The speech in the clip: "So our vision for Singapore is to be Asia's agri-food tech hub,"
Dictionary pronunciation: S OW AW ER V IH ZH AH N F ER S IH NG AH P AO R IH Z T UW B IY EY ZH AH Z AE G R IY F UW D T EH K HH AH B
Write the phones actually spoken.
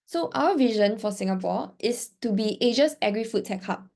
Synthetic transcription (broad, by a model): S OW AW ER V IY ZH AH N F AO S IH NG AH P AO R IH S T UW B IY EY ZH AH S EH G R IY F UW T T EH K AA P